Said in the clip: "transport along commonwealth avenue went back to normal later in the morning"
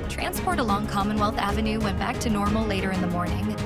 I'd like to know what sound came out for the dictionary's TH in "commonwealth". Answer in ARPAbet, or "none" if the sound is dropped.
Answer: TH